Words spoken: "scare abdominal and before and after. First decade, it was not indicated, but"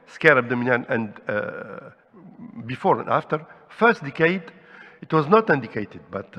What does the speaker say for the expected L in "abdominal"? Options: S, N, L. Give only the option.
N